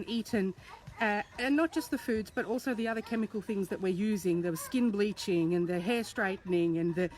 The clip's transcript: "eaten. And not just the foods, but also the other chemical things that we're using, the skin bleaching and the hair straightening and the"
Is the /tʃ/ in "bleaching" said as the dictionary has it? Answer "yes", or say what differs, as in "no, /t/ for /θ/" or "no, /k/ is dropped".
yes